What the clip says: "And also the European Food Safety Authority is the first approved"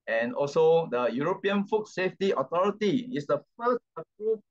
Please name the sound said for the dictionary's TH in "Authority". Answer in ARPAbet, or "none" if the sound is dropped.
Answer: T